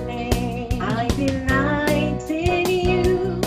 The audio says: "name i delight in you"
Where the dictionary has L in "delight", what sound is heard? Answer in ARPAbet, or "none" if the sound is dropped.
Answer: N